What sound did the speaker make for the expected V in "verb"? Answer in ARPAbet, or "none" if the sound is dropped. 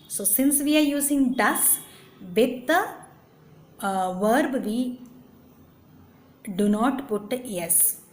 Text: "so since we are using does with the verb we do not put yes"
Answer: V